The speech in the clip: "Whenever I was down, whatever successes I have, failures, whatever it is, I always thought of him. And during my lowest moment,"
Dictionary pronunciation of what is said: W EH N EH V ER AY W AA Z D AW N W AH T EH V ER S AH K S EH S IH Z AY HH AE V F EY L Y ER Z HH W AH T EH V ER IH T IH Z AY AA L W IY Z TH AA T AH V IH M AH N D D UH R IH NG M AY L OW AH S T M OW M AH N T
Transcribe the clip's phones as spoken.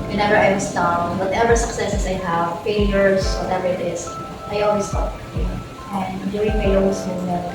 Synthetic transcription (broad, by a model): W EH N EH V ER AY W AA S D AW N W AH T EH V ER S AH K S EH S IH S AY HH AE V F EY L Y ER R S W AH T EH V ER IH T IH S AY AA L W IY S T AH P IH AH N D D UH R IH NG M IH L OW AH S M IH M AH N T